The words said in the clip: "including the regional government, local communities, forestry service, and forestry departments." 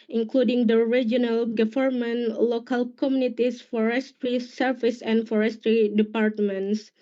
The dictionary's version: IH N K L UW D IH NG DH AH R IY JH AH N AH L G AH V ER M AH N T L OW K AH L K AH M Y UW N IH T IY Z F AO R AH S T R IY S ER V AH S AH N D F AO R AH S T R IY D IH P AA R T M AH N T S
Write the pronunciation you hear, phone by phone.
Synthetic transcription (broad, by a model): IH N K L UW D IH NG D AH R IY JH AH N AH L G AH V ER M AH N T L OW K AH L K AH M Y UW N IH T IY S F AO R AH S T R IY S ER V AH S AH N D F AO R AH S T R IY D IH P AA R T M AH N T S